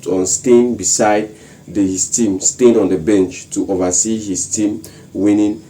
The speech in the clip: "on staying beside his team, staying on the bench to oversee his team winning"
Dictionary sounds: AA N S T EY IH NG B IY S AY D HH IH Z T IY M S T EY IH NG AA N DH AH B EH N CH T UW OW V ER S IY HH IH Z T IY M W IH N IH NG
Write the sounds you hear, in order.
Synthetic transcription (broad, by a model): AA N S T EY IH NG B IY S AY D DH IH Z T IY M S T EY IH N AA N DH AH B EH N CH T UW OW V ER S IY HH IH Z T IY M W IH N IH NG